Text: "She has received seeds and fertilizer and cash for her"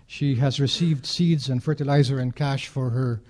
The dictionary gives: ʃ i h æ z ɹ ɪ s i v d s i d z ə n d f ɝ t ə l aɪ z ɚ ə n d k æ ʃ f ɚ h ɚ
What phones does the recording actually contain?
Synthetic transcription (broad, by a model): ʃ i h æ z ɹ ɪ s i v d s i d z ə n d f ɝ t ə l aɪ z ɚ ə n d k æ ʃ f ɚ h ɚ